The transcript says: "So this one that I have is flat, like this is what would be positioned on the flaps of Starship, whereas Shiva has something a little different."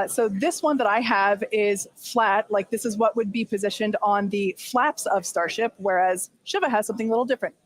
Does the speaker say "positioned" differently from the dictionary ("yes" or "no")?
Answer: no